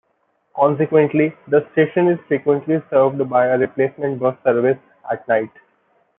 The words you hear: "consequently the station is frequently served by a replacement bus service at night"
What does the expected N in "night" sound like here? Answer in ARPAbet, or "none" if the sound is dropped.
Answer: N